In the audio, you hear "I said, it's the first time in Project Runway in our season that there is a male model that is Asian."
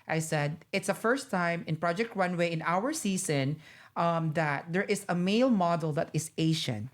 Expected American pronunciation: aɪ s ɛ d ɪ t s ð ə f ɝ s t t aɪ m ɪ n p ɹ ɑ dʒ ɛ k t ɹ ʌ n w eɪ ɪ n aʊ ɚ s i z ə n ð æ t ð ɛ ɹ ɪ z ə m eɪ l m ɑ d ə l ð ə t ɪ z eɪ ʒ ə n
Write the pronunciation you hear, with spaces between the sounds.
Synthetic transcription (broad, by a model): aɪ s ɛ d ɪ t s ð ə f ɝ s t t aɪ m ɪ n p ɹ ɑ dʒ ɛ k t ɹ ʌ n w eɪ ɪ n aʊ ɚ s i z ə n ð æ t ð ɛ ɹ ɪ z ə m eɪ l m ɑ d ə l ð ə t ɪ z eɪ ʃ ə n